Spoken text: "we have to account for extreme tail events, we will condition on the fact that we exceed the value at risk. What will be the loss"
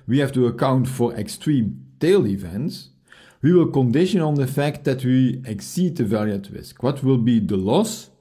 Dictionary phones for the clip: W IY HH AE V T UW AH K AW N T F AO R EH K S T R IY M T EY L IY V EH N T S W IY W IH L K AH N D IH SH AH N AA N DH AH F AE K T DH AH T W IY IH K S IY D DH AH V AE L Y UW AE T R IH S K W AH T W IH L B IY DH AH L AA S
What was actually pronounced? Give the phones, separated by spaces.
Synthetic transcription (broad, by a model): W IY HH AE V T UW AH K AW N T F AO R EH K S T R IY M T EY L IY V EH N T S W IY W IH L K AH N D IH SH AH N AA N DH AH F AE K T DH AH T W IY IH K S IY D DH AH V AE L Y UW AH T R IH S K W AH T W IH L B IY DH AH L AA S